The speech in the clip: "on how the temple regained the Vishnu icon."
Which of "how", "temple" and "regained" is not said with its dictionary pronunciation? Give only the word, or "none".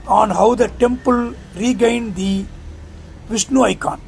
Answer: none